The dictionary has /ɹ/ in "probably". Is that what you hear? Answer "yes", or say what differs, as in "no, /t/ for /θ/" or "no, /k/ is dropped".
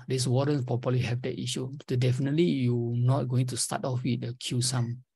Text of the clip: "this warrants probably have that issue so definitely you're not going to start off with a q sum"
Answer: no, /ɹ/ is dropped